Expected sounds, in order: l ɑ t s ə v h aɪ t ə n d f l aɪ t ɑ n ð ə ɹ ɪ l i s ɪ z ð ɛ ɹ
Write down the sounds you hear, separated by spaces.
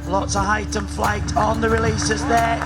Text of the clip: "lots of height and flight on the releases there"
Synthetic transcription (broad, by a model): l ɑ t s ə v h aɪ t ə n f l aɪ t n ð ə ɹ ɪ l i s ɪ z ð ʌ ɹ